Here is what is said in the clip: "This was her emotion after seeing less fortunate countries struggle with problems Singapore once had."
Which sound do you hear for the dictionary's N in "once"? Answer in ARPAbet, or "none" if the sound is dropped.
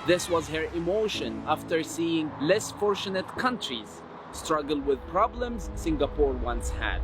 N